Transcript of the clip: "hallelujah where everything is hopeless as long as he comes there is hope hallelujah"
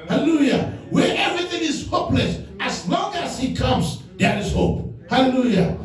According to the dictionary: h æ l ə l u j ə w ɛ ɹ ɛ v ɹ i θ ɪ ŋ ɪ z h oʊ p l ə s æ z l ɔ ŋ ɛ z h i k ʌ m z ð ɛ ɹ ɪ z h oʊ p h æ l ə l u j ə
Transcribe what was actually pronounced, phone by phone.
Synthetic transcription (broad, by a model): h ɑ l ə l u j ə w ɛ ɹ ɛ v ɹ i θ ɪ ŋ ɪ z h oʊ p l ə s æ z l ɔ ŋ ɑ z h i k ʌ m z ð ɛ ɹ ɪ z h oʊ p h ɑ l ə l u j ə